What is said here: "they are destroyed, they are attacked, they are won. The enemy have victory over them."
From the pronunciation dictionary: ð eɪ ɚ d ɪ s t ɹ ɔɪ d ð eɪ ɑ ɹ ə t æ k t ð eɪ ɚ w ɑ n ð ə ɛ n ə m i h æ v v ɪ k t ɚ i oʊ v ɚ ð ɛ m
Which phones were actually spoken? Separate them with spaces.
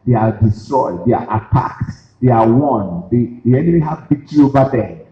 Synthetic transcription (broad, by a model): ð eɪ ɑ d ɪ s t ɹ ɔɪ d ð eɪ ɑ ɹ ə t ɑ k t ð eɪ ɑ w ɑ n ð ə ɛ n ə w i h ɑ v b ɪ t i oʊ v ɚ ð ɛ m